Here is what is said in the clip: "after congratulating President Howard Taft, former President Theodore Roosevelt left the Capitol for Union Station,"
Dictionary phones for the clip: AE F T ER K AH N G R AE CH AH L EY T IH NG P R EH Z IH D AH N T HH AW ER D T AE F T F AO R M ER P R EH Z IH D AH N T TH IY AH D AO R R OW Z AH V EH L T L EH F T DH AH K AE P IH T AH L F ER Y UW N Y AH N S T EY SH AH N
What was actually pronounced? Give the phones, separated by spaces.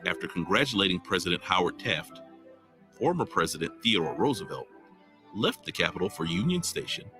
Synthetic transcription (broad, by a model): AE F T ER K AH N G R AE CH AH L EY T IH NG P R EH Z IH D AH N T HH AW ER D T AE F T F AO R M ER P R EH Z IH D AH N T TH IY AH D AO R R OW Z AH V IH L L EH F T DH AH K AE P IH T L F ER Y UW N Y AH N S T EY SH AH N